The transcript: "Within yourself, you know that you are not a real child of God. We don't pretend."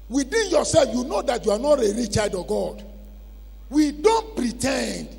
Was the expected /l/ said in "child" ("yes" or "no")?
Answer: no